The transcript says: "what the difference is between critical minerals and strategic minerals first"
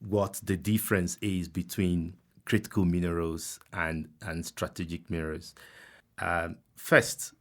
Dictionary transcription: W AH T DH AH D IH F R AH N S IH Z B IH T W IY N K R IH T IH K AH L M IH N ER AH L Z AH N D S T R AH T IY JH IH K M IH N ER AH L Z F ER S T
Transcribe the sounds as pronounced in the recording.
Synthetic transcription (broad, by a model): W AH T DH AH D IH F R AH N S IH Z B IH T W IY N K R IH T IH K AH L M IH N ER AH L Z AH N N S T R AH T IY JH IH K M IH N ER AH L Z F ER S T